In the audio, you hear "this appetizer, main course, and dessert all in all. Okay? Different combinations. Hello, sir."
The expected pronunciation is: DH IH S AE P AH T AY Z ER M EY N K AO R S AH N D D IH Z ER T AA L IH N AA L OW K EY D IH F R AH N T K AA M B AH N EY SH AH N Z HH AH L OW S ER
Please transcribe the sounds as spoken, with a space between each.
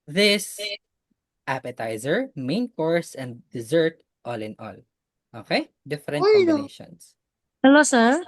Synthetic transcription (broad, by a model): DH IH S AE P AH T AY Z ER M EY N K AO R S AH N D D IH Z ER T AA L IH N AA L OW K EY D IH F AH T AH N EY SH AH N S HH AH L OW S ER